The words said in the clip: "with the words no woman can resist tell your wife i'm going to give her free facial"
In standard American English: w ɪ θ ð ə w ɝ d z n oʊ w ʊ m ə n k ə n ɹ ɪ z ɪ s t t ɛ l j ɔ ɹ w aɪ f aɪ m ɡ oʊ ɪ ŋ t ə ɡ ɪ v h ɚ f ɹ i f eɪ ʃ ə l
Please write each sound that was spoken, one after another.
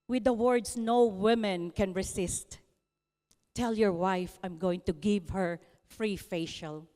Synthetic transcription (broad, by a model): w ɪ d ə w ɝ d s n oʊ w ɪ m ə n k ə n ɹ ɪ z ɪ s t t ɛ l j ɔ ɹ w aɪ f aɪ m ɡ oʊ ɪ ŋ t ə ɡ ɪ v h ɚ f ɹ i f eɪ ʃ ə l